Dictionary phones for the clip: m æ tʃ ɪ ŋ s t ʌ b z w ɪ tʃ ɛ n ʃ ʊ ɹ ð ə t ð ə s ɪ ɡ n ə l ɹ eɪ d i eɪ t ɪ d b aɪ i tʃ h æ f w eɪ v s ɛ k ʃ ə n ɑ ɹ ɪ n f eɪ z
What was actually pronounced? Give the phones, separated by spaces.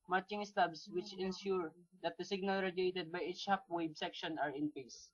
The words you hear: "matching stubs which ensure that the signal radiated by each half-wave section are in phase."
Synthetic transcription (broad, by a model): m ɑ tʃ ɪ ŋ s t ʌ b s w ɪ tʃ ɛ n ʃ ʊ ɹ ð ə t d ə s ɪ ɡ n ə l ɹ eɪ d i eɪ t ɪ d b aɪ i tʃ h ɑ p w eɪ b s ɛ k ʃ ə n ɑ ɹ ɪ n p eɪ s